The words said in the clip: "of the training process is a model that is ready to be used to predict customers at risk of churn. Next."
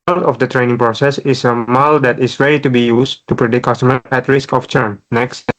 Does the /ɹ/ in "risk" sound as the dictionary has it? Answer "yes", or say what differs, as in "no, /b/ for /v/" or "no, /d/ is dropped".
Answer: yes